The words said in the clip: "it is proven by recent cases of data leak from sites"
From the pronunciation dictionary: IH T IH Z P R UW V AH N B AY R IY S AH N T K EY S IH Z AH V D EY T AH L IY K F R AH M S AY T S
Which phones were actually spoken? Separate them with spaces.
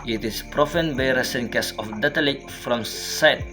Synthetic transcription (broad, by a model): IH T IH S P R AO F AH N B AY R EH S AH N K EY S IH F D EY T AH L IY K F R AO M S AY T